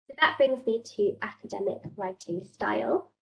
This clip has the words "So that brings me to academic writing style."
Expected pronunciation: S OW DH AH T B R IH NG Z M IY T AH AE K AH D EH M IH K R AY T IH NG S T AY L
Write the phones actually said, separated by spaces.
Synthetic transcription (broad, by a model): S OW DH AH T B R IH NG Z M IY T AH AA K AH D EH M IH K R AY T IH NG S T AY L